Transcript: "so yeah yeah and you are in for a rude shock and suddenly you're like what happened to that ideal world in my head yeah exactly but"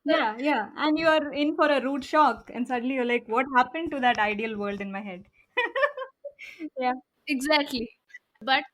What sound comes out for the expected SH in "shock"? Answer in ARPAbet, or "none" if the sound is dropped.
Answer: SH